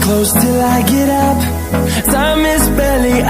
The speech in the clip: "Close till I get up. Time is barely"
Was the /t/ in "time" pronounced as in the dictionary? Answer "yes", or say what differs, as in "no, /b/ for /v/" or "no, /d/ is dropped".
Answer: no, /s/ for /t/